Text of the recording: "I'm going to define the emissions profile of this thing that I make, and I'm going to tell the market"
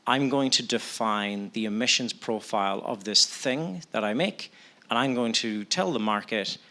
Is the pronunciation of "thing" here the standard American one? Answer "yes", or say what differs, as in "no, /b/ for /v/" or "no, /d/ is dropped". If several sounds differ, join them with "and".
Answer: yes